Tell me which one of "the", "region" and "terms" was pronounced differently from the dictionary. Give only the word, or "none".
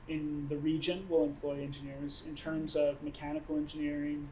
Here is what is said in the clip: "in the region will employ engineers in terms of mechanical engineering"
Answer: none